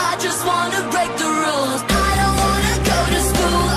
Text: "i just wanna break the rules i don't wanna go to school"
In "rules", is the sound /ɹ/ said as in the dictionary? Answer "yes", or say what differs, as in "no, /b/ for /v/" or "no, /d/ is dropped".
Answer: yes